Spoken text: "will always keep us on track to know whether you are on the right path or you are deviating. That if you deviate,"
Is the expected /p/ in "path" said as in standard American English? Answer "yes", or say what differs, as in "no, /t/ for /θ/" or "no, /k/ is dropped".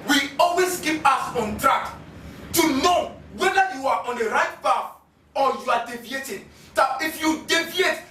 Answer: no, /b/ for /p/